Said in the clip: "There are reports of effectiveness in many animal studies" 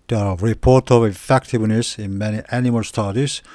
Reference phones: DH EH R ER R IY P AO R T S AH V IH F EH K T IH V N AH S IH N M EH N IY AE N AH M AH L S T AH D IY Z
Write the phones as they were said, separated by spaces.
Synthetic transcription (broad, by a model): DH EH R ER R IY P AO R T AH V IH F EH K T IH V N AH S IH N M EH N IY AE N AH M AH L S T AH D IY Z